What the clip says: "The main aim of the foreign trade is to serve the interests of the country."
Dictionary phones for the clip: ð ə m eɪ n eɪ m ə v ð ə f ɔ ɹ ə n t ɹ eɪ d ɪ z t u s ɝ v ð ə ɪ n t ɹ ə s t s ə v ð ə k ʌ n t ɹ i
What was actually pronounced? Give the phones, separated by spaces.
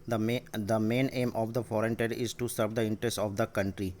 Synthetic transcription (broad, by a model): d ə m eɪ n eɪ m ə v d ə f ɔ ɹ ə n t eɪ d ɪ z t u s ɝ v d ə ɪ n t ɹ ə s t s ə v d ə k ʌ n t ɹ i